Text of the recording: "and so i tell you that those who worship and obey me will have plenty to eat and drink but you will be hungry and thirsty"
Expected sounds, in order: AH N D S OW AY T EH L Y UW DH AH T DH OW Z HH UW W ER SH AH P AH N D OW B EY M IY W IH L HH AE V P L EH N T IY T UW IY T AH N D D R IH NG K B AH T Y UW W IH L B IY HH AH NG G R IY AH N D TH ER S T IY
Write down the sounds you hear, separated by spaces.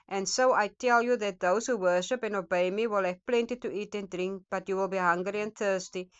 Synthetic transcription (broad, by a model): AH N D S OW AY T EH L Y UW DH AH T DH OW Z HH UW W ER SH AH P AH N OW B EY M IY W IH L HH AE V P L EH N T IY T UW IY T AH N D D R IH NG K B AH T Y UW W IH L B IY HH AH NG G R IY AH N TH ER S T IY